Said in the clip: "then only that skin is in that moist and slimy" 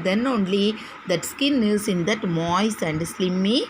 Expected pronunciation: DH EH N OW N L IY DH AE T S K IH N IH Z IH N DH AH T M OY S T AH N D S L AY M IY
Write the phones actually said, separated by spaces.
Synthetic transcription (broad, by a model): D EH N OW N L IY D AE T S K IH N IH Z IH N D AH T M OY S AH N D S L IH M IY